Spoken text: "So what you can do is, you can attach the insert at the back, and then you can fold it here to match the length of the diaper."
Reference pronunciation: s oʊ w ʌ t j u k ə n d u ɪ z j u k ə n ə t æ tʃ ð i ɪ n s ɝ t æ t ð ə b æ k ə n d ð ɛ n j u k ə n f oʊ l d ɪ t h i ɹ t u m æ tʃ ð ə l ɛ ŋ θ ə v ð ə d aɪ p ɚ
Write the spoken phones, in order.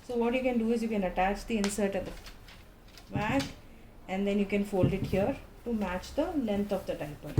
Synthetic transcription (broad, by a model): s oʊ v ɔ t j u k ə n d u ɪ z j u k ə n ə t æ tʃ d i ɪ n s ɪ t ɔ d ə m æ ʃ ə n d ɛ n j u k ə n f oʊ l d ɪ t h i ɹ t u m æ tʃ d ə l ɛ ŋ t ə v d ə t aɪ p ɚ